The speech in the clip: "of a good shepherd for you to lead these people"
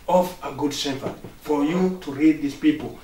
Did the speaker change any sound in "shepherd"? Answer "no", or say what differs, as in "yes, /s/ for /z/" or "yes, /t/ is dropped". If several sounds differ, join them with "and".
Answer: yes, /s/ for /ʃ/